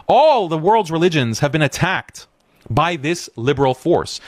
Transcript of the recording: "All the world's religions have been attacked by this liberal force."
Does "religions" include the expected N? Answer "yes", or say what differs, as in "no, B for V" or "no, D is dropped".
yes